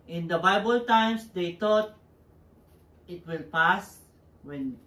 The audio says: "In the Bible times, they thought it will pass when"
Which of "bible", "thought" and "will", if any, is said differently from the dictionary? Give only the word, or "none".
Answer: thought